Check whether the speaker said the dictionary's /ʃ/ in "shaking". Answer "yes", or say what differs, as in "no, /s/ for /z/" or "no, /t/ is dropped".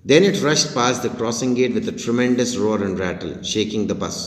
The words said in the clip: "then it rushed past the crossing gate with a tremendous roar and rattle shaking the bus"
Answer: yes